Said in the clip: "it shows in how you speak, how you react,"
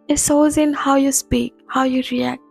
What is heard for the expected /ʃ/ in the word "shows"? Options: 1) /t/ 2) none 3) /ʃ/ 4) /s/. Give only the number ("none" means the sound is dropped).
4